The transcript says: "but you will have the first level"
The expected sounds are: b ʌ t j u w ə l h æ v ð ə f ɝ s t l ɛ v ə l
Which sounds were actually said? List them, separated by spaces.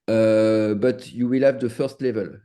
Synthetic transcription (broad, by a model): b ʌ t j u w ə l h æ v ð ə f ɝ s t l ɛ v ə l